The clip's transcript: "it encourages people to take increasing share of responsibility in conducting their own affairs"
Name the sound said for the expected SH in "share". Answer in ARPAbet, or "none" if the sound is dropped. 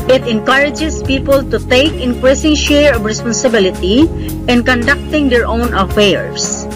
SH